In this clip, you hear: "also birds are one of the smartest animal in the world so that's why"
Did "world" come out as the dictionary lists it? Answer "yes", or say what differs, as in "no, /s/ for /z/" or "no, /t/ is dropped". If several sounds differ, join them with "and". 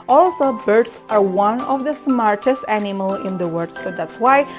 no, /l/ is dropped